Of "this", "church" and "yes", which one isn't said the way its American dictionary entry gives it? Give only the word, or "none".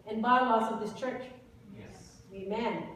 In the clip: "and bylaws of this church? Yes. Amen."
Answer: yes